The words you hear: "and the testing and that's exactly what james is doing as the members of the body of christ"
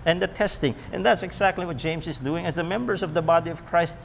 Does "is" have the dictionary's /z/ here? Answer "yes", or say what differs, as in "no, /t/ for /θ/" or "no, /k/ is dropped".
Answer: yes